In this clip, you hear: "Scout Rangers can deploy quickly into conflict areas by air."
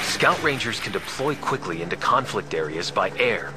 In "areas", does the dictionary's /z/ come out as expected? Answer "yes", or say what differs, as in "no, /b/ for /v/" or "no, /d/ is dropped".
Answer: yes